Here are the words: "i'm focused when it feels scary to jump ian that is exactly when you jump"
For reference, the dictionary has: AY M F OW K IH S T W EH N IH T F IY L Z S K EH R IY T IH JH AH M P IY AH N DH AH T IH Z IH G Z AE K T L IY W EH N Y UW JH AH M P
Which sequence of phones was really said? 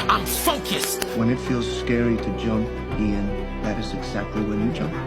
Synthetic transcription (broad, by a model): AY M F OW K IH S T W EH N IH T F IY L Z S K EH R IY T IH JH AH M P IY AH N DH AH T IH Z IH G Z AE K T L IY W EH N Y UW JH AH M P